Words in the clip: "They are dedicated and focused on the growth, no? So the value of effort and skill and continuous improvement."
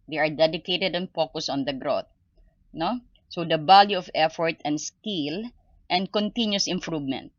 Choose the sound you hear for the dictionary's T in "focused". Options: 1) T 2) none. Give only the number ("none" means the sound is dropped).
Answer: 2